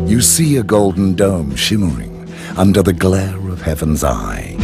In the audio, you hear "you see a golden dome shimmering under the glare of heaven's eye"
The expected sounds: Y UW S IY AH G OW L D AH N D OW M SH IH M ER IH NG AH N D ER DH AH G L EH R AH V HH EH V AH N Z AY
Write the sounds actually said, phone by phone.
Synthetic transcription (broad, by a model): Y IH S IY AH G OW L D N D OW M SH IH M ER IH NG AH N D ER DH AH G L EH R AH V HH EH V AH N Z AY